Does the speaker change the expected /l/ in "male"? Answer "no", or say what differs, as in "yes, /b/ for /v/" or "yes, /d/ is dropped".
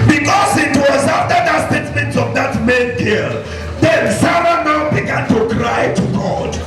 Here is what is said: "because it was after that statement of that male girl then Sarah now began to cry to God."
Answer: yes, /n/ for /l/